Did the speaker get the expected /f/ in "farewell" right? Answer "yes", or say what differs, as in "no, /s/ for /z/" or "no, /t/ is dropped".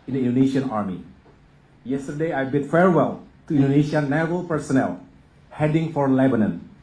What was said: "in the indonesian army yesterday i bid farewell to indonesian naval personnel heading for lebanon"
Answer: yes